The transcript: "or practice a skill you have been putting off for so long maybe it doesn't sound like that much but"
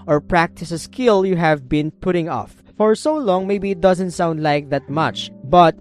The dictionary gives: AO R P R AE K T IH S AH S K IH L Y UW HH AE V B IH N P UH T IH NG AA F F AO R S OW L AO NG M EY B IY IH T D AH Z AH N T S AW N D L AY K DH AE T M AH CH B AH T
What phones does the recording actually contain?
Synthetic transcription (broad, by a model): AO R P R AE K T IH S AH S K IH L Y UW HH AE V B IH N P UH T IH NG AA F F AO R S OW L AO NG M EY B IY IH T D AH Z AH N T S AW N D L AY K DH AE T M AH CH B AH T